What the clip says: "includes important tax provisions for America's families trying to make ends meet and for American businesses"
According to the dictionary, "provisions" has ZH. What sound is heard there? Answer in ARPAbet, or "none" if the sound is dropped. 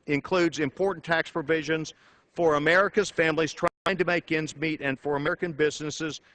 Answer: ZH